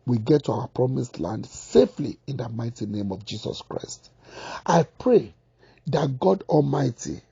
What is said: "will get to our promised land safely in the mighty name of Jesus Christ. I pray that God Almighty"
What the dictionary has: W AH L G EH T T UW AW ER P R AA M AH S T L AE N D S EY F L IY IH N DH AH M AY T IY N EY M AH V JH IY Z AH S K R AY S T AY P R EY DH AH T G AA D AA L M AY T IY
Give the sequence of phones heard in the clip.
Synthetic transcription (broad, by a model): W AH G EH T T UW AW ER P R AA M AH S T L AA N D S EY F L IY IH N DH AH M AY T IY N EY M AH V JH IY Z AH S K R AY S T AY P R EY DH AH T G AA D AA L M AY T IY